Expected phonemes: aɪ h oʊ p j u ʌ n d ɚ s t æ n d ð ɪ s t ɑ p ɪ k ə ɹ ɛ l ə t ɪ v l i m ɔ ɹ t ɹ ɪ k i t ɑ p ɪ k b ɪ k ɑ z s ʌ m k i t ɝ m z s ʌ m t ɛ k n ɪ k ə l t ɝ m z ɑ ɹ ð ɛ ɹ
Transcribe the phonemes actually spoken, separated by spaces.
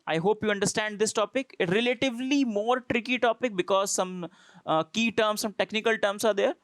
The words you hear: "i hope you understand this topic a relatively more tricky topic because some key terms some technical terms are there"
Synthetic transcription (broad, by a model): aɪ h oʊ p j u ʌ n d ɚ s t æ n d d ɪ s t ɑ p ɪ k ə ɹ ɛ l ə t ɪ v l i m ɔ ɹ t ɹ ɪ k i t ɑ p ɪ k b ɪ k ɑ z s ʌ m k i t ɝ m s ʌ m t ɛ k n ɪ k ə l t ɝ m s ɑ ɹ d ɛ ɹ